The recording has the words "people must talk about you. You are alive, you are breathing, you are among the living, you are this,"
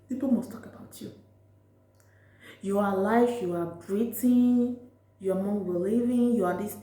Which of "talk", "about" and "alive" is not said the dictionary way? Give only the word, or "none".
alive